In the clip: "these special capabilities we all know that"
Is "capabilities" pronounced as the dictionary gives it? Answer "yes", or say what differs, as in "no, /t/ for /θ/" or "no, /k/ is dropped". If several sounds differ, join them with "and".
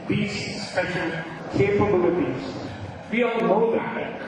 no, /f/ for /p/